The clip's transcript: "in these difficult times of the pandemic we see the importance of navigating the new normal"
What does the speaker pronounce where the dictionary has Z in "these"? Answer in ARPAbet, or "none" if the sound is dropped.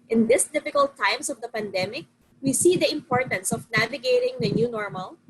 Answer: S